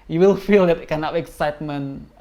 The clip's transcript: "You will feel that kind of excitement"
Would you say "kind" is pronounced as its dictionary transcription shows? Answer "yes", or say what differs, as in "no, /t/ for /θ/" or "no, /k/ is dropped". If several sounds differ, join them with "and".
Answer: no, /d/ is dropped